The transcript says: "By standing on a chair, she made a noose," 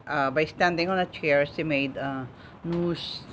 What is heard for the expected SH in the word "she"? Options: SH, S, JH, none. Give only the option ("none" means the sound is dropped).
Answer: S